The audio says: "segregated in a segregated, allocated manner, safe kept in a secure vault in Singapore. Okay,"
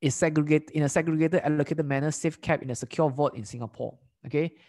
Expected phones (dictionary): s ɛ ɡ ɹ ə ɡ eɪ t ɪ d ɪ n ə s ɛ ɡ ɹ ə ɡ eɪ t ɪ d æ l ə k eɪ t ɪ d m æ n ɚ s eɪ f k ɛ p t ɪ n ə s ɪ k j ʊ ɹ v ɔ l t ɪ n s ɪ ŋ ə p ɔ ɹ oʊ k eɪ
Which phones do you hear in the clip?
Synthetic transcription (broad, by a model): s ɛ ɡ ɹ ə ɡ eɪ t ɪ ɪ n ə s ɛ ɡ ɹ ə ɡ eɪ t ɪ d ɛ l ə k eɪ t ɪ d m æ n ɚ s eɪ f k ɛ p ɪ n ə s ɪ k j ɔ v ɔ t ɪ n s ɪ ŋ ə p ɔ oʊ k eɪ